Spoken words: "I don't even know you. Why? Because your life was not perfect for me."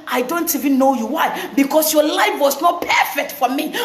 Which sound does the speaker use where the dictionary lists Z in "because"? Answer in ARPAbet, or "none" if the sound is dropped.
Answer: S